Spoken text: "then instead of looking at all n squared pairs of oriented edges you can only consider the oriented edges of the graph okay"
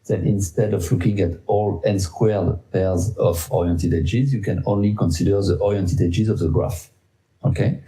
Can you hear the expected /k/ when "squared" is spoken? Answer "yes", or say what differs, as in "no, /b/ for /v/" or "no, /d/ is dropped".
yes